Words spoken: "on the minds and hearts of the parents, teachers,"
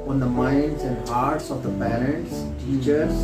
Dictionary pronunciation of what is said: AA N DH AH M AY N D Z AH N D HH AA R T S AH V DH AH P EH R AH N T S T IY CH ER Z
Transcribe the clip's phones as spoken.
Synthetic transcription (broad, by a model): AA N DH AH M AY N D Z AH N D AA R T S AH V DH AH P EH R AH T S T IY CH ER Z